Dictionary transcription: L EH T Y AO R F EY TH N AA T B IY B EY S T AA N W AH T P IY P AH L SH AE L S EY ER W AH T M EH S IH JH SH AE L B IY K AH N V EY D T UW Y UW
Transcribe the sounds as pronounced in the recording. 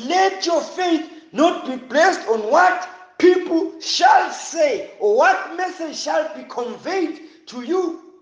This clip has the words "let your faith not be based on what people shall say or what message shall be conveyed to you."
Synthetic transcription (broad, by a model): L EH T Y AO F EY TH N AA T B IY B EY S T AA N W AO T P IY P L SH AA L S EY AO W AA T M EH S IH JH SH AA L B IY K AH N V EY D T UW Y UW